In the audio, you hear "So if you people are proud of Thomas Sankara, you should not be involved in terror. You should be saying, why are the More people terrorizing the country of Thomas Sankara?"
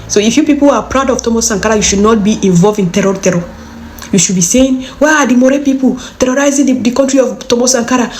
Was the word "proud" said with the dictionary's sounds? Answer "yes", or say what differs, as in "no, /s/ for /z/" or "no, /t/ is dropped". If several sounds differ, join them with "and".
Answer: yes